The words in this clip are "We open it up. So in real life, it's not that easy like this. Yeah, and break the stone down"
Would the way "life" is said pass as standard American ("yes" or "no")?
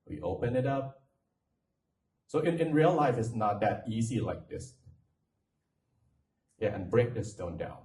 yes